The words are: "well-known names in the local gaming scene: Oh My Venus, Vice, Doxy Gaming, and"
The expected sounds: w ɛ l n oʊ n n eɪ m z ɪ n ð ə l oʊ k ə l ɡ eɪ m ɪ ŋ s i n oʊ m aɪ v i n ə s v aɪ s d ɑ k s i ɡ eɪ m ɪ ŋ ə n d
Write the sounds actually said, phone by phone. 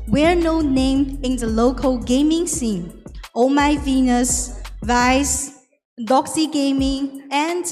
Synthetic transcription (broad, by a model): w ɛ n oʊ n n eɪ m ɪ n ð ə l oʊ k ə l ɡ eɪ m ɪ ŋ s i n oʊ m aɪ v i n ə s v aɪ s d ɑ k s i ɡ eɪ m ɪ ŋ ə n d